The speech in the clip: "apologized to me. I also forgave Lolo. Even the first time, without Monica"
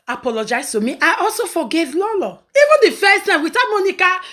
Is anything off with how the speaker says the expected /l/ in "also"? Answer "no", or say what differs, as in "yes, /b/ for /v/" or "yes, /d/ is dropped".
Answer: no